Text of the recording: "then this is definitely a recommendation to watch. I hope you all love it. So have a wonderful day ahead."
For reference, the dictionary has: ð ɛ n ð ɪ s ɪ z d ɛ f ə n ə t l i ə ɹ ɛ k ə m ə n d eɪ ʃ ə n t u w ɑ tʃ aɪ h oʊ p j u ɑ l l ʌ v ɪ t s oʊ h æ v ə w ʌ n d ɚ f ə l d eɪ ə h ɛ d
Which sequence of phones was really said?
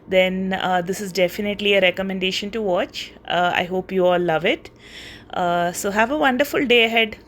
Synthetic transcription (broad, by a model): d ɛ n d ɪ s ɪ z d ɛ f ə n ə t l i ə ɹ ɛ k ə m ə n d eɪ ʃ ə n t u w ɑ tʃ aɪ h oʊ p j u ɑ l l ʌ v ɪ t s oʊ h æ v ə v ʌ n d ɚ f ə l d eɪ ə h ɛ d